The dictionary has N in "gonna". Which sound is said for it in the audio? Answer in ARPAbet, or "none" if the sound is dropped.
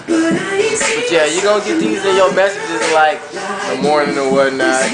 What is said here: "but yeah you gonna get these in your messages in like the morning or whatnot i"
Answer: none